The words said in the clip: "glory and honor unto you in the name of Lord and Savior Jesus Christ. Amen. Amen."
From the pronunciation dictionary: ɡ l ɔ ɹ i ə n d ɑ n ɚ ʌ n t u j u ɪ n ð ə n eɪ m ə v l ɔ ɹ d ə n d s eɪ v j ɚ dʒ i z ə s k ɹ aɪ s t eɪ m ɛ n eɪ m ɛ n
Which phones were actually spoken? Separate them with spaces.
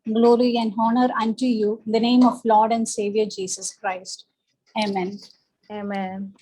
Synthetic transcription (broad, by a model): ɡ l ɔ ɹ i ə n d ɑ n ɚ ʌ n t u j u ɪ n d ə n eɪ m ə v l ɔ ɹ d ə n d s eɪ v j ɚ dʒ i s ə s k ɹ aɪ s t eɪ m ɛ n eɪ m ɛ n